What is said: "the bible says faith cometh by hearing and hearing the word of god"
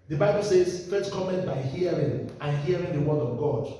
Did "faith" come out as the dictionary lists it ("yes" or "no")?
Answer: no